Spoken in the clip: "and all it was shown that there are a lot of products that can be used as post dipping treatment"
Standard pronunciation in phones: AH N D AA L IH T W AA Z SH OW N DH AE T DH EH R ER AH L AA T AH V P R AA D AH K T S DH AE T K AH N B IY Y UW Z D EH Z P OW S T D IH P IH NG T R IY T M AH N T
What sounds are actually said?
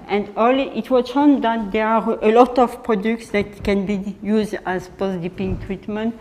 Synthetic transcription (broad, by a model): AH N D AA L IH T W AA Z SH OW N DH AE T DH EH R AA AH L AA T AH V P R AA D AH K T S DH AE T K AH N B IY Y UW Z D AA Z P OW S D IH P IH NG T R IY T M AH N T